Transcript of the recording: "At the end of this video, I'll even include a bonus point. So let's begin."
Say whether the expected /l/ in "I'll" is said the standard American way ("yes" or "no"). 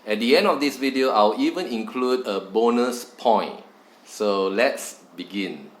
no